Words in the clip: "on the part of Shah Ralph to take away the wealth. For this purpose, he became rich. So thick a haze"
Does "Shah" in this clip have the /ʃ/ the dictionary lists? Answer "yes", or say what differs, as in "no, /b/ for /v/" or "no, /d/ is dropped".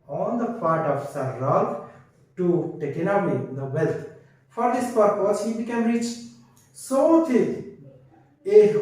no, /s/ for /ʃ/